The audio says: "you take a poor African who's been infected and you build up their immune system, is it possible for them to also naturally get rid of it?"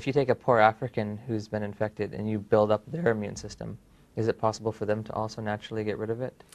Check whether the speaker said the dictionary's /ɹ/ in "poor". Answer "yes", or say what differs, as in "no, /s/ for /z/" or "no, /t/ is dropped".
yes